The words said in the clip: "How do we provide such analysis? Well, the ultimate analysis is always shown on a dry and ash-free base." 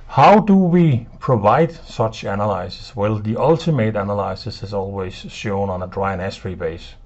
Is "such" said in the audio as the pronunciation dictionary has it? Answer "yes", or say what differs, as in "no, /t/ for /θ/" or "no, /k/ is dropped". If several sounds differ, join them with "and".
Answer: yes